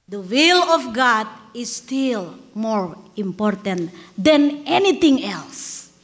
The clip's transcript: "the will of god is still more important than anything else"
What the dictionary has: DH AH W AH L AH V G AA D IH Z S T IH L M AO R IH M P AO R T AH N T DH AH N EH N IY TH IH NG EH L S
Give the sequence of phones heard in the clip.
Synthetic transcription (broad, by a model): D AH W AH L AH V G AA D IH S T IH L M AO R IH M P AO R T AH N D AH N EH N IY T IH NG EH L S